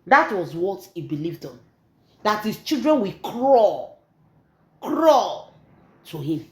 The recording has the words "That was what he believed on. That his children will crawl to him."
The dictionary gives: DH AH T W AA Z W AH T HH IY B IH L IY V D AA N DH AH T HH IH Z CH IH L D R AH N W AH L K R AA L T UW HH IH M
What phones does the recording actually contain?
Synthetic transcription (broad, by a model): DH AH T W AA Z W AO T HH IY B IH L IY V D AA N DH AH T HH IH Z CH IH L D R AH N W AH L K R AA L T UW HH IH M